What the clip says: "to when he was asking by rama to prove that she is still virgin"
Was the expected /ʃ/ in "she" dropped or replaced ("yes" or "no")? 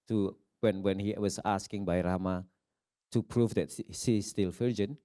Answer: yes